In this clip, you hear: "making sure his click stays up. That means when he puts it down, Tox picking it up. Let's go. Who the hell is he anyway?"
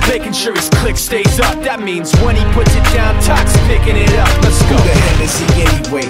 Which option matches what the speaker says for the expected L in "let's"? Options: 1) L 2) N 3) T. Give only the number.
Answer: 2